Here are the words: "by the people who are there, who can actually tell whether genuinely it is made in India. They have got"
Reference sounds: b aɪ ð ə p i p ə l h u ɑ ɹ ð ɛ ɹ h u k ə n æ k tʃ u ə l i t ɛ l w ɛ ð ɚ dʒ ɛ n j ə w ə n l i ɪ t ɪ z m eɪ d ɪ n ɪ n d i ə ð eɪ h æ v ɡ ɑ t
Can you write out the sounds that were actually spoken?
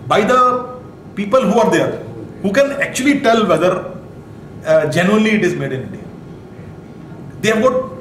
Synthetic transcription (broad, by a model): b aɪ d ə p i p ə l h u ɑ ɹ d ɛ ɹ h u k ə n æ k tʃ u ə l i t ɛ l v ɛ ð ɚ dʒ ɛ n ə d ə l i ɪ t ɪ z m eɪ d ɪ n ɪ d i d eɪ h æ v ɡ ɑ t